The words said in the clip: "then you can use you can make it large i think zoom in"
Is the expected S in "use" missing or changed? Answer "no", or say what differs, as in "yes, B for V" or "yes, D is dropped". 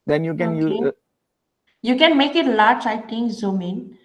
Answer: yes, S is dropped